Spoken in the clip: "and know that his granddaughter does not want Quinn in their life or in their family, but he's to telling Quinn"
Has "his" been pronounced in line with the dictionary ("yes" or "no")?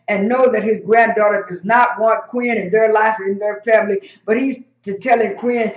yes